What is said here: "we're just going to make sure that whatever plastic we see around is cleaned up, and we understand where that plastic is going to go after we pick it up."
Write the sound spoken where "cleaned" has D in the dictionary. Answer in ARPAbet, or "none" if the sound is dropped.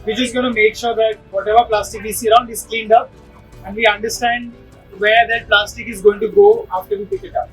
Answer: D